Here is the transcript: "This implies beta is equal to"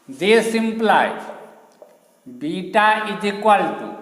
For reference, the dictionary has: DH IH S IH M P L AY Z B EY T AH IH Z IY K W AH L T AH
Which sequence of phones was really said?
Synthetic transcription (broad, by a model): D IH S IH M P L AY B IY T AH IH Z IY K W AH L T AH